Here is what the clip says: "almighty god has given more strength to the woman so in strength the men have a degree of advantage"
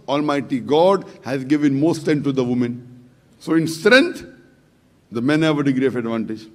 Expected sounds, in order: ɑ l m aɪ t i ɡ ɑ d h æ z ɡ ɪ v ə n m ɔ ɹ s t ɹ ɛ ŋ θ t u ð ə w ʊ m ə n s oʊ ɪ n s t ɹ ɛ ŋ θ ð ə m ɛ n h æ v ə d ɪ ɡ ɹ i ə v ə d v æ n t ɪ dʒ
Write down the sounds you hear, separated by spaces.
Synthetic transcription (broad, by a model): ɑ l m aɪ t i ɡ ɑ d h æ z ɡ ɪ v ə n m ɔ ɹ s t ɛ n t u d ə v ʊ m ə n s oʊ ɪ n s t ɹ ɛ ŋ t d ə m ɛ n h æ v ə d ɪ ɡ ɹ i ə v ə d v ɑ n t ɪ dʒ